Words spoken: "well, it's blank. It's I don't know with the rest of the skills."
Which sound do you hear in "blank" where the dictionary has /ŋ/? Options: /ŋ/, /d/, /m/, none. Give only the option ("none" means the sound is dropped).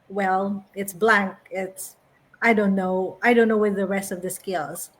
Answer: /ŋ/